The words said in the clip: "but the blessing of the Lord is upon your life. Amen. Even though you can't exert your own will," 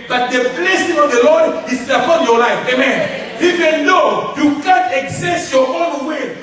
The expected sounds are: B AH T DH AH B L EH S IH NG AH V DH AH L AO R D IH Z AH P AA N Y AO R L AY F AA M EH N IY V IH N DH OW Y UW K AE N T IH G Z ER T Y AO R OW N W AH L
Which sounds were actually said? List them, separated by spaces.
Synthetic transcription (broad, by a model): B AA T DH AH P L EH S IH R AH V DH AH L AO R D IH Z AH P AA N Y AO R L AY F AA M EH N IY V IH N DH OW Y UW K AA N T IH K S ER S Y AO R OW N W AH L